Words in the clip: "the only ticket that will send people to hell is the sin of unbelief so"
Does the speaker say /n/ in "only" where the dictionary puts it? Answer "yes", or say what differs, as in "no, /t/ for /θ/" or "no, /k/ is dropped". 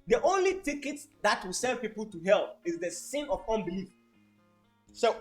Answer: yes